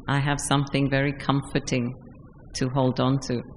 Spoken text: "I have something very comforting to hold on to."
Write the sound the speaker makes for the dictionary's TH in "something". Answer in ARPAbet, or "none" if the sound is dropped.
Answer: TH